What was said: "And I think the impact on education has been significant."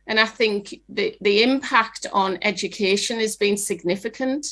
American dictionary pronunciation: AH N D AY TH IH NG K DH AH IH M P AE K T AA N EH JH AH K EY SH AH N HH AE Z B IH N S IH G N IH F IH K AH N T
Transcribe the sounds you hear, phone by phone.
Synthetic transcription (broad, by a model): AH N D AY TH IH NG K DH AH IH M P AE K T N EH JH AH K EY SH AH N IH Z B IH N S IH G N IH F IH K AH N T